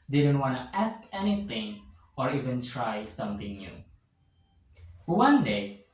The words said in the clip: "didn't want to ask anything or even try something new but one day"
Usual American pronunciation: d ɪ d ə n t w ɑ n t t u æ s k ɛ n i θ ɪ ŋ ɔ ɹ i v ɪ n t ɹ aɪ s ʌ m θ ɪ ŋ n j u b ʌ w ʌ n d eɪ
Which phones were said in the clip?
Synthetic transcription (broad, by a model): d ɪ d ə n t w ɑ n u æ s k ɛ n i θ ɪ ŋ ɔ ɹ i v ɪ n t ɹ aɪ s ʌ m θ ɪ ŋ n j u w ʌ n d eɪ